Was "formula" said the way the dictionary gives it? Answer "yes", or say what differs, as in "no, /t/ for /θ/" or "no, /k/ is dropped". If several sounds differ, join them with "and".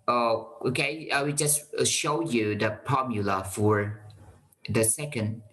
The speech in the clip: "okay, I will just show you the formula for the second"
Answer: no, /p/ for /f/